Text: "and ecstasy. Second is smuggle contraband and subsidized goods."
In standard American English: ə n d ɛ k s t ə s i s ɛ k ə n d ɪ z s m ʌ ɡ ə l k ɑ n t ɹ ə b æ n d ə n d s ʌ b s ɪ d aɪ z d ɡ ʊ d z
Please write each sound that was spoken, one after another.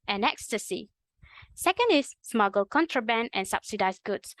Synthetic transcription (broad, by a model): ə n ɛ k s t ə s i s ɛ k ə n d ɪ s m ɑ ɡ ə l k ɑ n t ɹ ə b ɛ n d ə n s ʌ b s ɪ d aɪ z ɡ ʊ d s